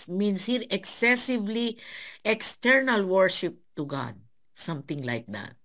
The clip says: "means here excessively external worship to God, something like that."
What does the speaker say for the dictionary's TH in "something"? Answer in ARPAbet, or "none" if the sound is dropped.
T